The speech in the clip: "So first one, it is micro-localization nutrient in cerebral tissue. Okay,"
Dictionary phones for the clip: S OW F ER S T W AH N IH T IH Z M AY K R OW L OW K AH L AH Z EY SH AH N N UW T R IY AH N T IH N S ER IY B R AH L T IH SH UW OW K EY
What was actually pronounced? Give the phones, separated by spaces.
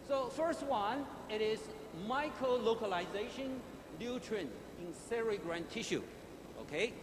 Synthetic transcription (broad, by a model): S OW F ER S T W AH N IH T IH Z M AY K R OW L OW K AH L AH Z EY SH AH N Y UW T R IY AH N IH N S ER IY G R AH N T IH SH UW OW K EY